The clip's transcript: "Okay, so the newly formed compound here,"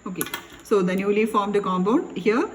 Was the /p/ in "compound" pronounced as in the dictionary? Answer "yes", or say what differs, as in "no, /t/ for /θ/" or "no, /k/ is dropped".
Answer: no, /b/ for /p/